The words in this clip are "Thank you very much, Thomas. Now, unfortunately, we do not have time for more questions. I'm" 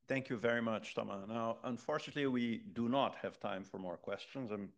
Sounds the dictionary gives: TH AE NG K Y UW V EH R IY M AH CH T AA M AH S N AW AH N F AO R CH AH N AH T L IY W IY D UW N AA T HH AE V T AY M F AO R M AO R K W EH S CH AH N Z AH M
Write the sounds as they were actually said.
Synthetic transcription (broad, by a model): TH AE NG K Y UW V EH R IY M AH CH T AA M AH N AW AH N F AO R CH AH N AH T L IY W IY D UW N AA T HH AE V T AY M F AO R M AO R K W EH S CH AH N Z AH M